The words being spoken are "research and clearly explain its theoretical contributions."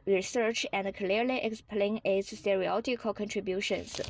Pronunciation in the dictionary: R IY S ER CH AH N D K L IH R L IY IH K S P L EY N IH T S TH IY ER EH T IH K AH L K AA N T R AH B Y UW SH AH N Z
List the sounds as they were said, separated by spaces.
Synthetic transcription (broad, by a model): R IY S ER CH AH N D K L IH R L IY IH K S P L EY N IH T S S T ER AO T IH K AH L K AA N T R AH B Y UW SH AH N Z